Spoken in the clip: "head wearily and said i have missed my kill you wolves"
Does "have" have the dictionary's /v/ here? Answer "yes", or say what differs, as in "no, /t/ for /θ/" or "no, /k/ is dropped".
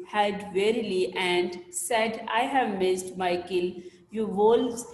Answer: yes